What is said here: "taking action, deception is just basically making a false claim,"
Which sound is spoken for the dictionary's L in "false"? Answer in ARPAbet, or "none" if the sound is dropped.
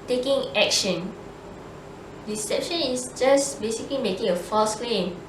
none